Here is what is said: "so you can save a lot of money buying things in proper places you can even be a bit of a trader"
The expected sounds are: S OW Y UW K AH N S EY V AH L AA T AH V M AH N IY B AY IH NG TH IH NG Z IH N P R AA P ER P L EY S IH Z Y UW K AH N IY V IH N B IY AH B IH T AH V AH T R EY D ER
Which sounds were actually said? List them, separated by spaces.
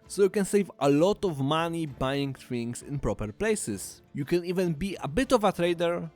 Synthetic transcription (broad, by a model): S OW Y UW K AH N S EY V AH L AA T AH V M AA N IY B AY IH NG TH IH NG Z IH N P R AA P ER P L EY S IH S Y UW K AH N IY V IH N B IY AH B IH T AH V AH T R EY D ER